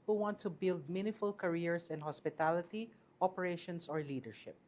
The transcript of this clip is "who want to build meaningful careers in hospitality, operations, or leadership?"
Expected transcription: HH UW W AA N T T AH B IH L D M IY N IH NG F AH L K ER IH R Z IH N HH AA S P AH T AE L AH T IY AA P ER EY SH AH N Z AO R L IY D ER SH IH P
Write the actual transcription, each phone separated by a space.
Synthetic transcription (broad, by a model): HH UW W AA N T T AH B IH L D M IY N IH F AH L K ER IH R S IH N HH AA S P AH T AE L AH T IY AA P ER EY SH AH N S AO R L IY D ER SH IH P